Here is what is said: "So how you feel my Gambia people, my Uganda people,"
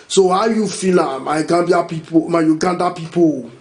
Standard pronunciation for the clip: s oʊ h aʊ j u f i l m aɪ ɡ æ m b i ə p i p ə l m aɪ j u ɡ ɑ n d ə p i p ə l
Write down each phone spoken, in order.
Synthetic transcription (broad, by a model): s oʊ h aʊ j u f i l m aɪ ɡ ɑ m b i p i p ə m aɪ j u ɡ ɑ n d ə p i p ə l